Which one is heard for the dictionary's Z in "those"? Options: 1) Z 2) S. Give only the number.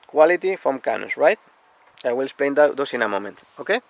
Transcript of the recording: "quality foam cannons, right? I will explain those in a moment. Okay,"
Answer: 2